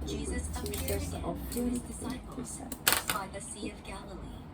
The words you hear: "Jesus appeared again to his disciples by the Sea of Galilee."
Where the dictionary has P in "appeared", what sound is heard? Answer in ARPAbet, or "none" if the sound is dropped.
none